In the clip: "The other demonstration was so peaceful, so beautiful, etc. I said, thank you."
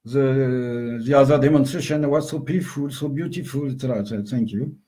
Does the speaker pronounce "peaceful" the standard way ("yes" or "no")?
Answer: no